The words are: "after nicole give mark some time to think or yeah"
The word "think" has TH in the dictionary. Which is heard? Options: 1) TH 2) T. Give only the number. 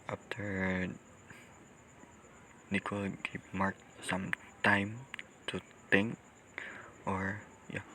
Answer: 2